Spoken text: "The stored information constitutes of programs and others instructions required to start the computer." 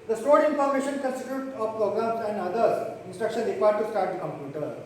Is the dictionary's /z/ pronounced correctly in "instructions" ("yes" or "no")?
no